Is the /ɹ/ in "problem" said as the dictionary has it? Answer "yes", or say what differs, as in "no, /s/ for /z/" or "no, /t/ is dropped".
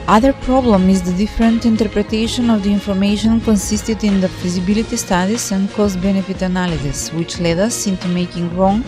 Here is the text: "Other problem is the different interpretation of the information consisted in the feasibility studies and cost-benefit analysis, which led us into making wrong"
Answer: yes